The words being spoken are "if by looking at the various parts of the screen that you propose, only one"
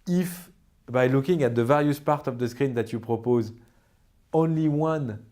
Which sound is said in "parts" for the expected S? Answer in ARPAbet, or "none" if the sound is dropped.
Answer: none